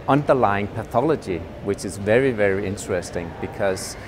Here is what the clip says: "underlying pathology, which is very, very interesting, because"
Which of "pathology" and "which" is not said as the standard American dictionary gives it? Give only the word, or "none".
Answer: none